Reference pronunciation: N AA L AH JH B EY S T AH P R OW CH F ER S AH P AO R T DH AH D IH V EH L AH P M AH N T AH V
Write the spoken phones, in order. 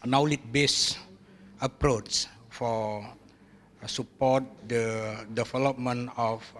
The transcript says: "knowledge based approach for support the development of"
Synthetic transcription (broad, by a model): N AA L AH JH B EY S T AH P R OW CH F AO S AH P AO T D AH D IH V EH L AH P M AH N AH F